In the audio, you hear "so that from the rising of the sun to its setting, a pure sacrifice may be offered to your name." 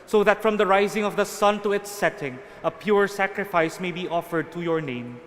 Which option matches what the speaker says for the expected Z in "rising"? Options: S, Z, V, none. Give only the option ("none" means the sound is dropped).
Z